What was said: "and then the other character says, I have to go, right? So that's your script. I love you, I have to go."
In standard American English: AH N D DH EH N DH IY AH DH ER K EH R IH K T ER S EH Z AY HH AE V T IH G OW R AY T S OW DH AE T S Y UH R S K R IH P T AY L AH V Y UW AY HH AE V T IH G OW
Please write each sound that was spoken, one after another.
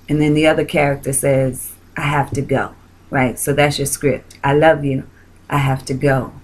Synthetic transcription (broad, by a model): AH N DH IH N DH IY AH DH ER K EH R IH K T ER S EH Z AY HH AE F T IH G OW R AY T S OW DH AE T S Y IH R S K R IH P T AY L AH V Y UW AY HH AE F T IH G OW